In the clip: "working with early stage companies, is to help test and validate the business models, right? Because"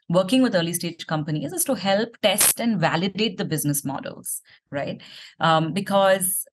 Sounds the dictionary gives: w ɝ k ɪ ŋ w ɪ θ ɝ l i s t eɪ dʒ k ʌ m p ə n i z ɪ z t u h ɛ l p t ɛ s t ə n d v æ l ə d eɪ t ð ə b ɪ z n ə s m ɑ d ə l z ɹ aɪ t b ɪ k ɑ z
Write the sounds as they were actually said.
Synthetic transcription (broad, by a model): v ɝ k ɪ ŋ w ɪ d ɝ l i s t eɪ dʒ k ʌ m p ə n i z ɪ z t u h ɛ l p t ɛ s t ə n d v æ l ə d eɪ t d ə b ɪ z n ə s m ɑ d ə l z ɹ aɪ t b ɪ k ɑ z